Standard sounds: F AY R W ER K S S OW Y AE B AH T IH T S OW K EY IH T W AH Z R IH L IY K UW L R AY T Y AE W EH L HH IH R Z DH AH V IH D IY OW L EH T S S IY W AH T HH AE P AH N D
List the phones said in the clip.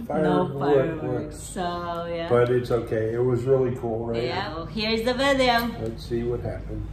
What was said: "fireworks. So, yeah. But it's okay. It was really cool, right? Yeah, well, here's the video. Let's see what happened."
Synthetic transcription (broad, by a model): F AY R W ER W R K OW Y AE B AH T IH T S OW K EY IH T W AH Z R IH L IY K UW L R AY T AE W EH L HH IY R Z DH AH V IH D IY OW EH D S S IY W AH T HH AE P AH N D